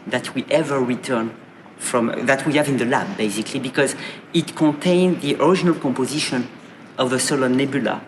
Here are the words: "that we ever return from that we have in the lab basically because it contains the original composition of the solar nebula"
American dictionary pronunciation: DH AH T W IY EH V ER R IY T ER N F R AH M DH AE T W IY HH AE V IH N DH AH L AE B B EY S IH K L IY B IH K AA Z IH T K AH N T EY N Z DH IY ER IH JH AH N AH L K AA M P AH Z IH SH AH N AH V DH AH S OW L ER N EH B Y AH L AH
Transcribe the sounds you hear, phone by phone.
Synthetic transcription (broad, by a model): DH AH T W IY EH V ER R IY T ER N F R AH M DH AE T W IY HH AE V IH N DH AH L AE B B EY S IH K L IY B IH K AA Z IH T K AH N T EY N DH IY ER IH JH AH N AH L K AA M P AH Z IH SH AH N AH V DH AH S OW L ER N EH B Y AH L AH